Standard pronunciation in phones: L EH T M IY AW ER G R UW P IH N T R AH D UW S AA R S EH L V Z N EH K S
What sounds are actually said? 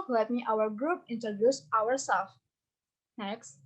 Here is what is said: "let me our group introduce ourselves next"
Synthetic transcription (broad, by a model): L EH T M IY AW ER G R UW P IH N T R AH D UW S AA R S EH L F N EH K S